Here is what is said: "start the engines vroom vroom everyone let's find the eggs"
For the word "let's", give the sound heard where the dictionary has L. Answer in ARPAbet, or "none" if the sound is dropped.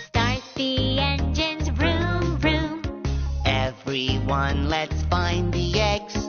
L